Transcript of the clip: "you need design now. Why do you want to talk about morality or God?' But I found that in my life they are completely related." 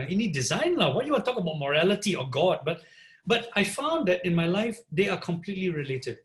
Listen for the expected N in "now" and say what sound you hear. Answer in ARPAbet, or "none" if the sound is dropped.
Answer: L